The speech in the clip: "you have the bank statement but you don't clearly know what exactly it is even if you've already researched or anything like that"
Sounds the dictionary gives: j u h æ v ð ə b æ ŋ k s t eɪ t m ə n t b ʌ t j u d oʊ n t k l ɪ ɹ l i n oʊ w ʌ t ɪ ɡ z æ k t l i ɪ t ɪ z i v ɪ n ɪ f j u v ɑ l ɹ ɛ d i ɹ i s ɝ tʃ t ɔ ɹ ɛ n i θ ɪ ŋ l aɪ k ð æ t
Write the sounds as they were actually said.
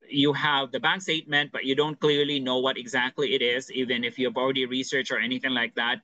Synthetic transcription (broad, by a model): j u h æ v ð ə b æ ŋ k s t eɪ t m ə n t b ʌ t j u d oʊ n t k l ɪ ɹ l i n oʊ w ʌ t ɪ ɡ z æ k t l i ɪ t ɪ z i v ɪ n ɪ f j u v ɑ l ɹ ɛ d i ɹ i s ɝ tʃ ɔ ɹ ɛ n i θ ɪ ŋ l aɪ k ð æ t